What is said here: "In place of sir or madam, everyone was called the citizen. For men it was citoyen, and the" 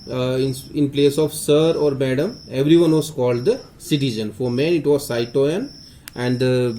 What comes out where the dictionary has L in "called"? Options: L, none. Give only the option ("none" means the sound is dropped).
L